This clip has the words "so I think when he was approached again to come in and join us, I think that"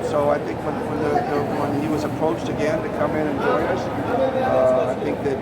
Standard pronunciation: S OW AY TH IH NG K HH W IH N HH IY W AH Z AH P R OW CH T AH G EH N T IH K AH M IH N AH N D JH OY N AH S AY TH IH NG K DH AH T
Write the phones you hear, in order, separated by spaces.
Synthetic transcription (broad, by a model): S OW AY TH IH NG K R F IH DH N IY W AH Z AH P R OW CH T AH G EH N T IH K AH M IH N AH N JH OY AH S AY TH IH NG K DH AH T